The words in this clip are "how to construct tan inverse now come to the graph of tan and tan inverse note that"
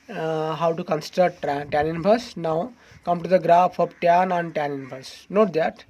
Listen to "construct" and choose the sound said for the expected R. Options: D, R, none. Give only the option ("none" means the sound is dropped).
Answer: none